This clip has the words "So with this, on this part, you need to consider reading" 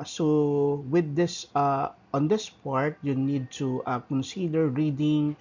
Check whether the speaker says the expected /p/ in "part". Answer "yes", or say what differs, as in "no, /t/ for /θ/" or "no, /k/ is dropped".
yes